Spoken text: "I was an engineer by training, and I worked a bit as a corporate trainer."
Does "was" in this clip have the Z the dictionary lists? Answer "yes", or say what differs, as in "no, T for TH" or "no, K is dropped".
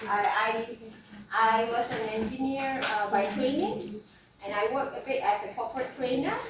no, S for Z